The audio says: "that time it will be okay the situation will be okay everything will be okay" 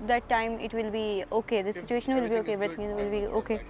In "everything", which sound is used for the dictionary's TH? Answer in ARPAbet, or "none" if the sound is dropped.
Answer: T